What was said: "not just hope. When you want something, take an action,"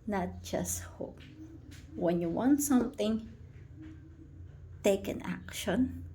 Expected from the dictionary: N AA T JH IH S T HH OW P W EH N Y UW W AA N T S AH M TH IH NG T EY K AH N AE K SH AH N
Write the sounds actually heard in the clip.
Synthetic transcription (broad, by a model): N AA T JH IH S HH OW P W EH N Y UW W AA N S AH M T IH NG T EY K AH N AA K SH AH N